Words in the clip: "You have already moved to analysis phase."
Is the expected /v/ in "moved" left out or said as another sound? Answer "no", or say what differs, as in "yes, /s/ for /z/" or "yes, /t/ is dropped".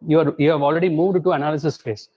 no